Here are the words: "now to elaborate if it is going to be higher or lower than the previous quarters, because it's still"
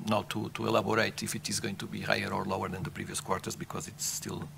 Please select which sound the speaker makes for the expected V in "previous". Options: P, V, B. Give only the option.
V